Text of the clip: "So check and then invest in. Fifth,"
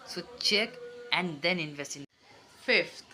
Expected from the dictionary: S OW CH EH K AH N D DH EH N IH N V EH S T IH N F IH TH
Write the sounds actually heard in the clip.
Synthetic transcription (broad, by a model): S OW CH EH K AH N D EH N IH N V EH S IH N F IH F